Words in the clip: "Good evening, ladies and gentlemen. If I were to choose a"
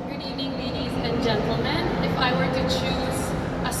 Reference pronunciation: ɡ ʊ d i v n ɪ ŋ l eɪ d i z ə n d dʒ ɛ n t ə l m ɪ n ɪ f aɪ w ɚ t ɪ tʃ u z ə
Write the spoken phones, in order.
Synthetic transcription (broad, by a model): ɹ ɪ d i n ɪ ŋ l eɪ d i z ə n dʒ ɛ n t l m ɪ n ɪ f aɪ w ɚ t ɪ tʃ u z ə